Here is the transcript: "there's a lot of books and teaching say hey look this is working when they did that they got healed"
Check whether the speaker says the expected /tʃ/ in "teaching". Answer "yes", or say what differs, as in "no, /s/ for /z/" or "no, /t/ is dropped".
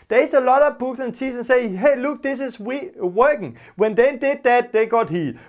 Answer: no, /s/ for /tʃ/